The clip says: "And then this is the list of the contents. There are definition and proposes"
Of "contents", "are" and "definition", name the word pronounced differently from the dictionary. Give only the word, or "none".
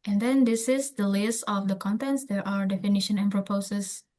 none